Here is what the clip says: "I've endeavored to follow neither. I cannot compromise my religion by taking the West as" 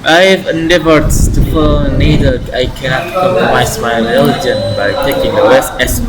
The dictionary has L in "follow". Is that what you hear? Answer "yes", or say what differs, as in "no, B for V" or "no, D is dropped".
no, N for L